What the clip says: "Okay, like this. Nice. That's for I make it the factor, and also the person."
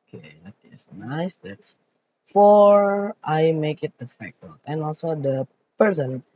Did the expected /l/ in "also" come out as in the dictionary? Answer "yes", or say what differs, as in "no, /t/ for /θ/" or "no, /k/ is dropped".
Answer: yes